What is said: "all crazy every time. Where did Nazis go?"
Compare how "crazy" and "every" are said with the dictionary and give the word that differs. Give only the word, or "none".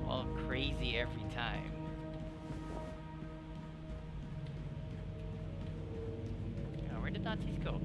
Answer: none